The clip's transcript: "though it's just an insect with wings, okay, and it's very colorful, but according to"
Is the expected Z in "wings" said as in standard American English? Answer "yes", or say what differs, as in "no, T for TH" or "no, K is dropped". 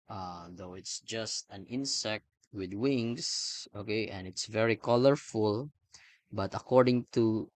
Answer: no, S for Z